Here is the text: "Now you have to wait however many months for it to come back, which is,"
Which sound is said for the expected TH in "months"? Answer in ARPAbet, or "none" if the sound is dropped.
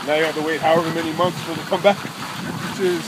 TH